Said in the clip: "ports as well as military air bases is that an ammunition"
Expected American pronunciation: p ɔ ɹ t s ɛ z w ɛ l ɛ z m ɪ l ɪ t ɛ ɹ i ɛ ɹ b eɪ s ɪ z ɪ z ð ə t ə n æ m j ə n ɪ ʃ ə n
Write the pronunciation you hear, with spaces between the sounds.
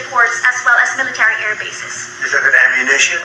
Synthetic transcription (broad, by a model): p ɔ ɹ t s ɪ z w ɛ l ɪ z m ɪ l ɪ t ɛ ɹ i ɛ ɹ b eɪ s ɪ s ɪ z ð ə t ə n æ m j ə n ɪ ʃ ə n